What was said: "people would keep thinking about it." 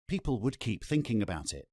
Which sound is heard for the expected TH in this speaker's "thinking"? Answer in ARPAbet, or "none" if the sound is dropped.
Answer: TH